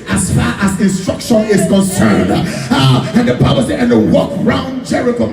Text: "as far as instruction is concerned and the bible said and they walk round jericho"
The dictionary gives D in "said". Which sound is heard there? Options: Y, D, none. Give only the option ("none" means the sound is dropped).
none